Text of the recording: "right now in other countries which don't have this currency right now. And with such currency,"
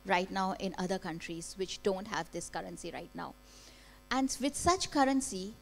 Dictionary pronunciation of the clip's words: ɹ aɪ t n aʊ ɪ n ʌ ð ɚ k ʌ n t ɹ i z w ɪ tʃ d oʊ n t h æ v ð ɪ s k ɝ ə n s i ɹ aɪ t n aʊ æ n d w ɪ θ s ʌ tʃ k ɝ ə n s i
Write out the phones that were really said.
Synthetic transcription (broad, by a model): ɹ aɪ t n aʊ ɪ n ʌ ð ɚ k ʌ n t ɹ i z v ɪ tʃ d oʊ n t h æ v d ɪ s k ɝ ə n s i ɹ aɪ t n aʊ æ n d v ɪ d s ʌ tʃ k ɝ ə n s i